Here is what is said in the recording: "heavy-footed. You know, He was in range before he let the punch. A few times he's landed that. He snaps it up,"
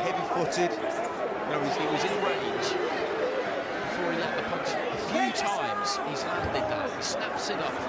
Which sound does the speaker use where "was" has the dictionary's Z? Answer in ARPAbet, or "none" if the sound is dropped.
Z